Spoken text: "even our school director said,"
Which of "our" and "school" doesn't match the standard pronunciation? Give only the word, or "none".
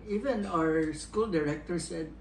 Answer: none